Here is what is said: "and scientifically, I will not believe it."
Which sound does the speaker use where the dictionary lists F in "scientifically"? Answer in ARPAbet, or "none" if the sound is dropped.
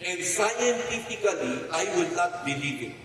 P